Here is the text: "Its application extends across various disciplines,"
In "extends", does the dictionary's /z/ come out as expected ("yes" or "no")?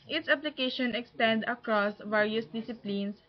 no